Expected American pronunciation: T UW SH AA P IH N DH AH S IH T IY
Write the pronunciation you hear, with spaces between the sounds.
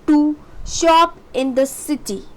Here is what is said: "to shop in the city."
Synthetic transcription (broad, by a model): T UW SH AA P IH N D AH S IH T IY